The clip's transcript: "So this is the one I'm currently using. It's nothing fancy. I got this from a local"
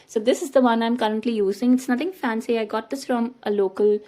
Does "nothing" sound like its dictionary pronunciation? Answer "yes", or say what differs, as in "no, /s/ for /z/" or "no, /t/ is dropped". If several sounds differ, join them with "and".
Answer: no, /t/ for /θ/